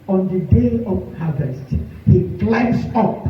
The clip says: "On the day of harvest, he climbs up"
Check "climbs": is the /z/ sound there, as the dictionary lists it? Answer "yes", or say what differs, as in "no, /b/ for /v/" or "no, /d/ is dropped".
no, /s/ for /z/